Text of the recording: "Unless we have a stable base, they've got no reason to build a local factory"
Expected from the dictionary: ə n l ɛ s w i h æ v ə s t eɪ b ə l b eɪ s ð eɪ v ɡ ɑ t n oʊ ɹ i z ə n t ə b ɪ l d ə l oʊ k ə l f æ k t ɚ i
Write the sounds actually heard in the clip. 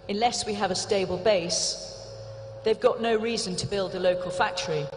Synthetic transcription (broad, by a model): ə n l ɛ s w i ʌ v ə s t eɪ b ə l b eɪ s ð eɪ v ɡ ɑ t n oʊ ɹ i z ə n t ə b ɪ l d ə l oʊ k ə l f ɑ k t ɚ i